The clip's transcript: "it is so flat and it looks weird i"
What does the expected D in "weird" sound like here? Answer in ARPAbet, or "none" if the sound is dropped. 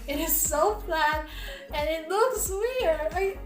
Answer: none